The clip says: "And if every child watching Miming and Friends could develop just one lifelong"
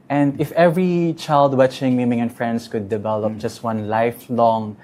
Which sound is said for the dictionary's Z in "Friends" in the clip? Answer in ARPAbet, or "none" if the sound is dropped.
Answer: S